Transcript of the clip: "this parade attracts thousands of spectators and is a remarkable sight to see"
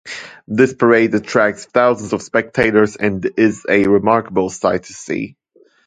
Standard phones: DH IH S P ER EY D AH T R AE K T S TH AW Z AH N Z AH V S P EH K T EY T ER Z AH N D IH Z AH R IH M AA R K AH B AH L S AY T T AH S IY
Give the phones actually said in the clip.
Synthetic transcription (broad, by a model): DH IH S P ER EY D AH T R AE K S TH AW Z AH N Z AH V S P EH K T EY T ER Z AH N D IH Z AH R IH M AA R K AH B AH L S AY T T AH S IY